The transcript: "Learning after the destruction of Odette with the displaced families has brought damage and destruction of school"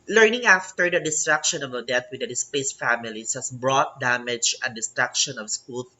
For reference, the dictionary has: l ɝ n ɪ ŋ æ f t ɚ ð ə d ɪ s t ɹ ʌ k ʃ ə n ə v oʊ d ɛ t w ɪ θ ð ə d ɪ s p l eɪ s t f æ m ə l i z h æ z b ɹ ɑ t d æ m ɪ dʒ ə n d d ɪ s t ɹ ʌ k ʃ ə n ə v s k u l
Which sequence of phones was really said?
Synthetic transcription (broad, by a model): l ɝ n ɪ ŋ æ f t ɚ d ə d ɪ s t ɹ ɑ k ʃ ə n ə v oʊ d ɛ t w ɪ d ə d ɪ s p eɪ s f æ m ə l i s h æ s b ɹ ɑ t d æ m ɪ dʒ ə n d d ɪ s t ɹ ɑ k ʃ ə n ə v s k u l